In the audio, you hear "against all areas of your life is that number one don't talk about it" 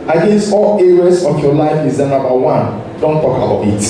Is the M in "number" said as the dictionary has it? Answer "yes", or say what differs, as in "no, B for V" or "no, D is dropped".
no, M is dropped